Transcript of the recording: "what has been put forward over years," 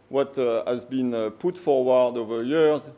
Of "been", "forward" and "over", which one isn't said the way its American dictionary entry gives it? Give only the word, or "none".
none